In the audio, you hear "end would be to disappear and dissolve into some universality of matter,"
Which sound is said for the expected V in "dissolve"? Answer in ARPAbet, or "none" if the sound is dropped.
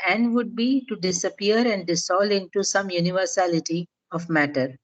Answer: none